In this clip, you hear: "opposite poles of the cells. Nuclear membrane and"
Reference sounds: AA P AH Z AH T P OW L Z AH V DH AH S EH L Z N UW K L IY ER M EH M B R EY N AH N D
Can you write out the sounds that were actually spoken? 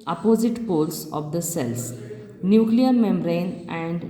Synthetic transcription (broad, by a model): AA P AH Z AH T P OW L S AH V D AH S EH L S N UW K L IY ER M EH M R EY N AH N D